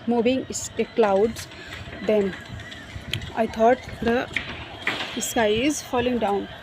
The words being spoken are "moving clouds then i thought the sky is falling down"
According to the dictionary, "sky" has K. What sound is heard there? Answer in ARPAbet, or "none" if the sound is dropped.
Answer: none